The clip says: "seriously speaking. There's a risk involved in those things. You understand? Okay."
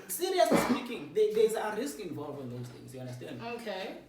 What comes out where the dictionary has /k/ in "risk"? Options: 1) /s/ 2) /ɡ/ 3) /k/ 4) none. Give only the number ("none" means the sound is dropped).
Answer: 3